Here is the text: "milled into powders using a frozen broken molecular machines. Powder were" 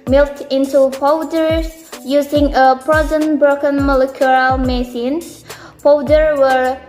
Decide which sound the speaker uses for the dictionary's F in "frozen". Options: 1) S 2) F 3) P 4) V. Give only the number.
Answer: 3